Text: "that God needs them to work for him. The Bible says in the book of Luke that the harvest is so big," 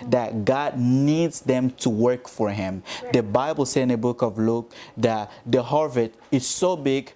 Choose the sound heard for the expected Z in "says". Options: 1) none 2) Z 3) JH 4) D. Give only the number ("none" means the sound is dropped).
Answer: 1